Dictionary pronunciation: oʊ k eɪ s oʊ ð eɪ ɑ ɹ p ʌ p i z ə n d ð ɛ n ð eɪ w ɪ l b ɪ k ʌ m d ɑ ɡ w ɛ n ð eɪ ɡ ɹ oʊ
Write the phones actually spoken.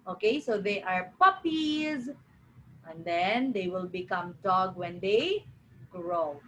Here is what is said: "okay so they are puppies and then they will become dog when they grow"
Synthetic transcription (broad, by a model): oʊ k eɪ s oʊ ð eɪ ɑ ɹ p ʌ p i z ə n d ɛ n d eɪ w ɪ l b ɪ k ʌ m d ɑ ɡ w ɛ n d eɪ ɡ ɹ oʊ